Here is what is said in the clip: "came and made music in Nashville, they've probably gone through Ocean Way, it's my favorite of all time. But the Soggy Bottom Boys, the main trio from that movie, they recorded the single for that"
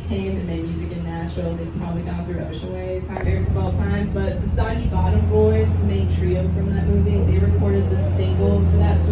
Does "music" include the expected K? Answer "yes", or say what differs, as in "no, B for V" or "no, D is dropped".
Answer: yes